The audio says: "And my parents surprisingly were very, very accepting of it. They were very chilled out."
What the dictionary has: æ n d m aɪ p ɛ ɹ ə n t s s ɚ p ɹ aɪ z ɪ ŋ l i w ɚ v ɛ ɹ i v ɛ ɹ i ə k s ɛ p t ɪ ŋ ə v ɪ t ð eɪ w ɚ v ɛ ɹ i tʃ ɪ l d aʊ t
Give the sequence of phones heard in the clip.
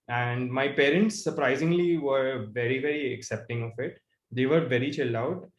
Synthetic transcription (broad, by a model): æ n d m aɪ p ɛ ɹ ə n t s s ɚ p ɹ aɪ z ɪ ŋ l i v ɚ v ɛ ɹ i v ɛ ɹ i ə k s ɛ p t ɪ ŋ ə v ɪ t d eɪ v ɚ v ɛ ɹ i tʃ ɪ l aʊ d